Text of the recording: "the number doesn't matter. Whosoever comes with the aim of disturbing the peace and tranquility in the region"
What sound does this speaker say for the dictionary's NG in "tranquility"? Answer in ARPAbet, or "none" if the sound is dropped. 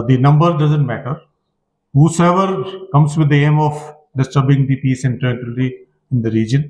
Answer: none